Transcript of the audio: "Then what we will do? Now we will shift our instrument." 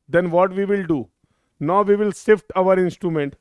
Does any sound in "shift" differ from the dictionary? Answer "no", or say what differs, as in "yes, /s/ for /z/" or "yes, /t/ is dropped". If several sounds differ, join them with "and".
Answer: yes, /s/ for /ʃ/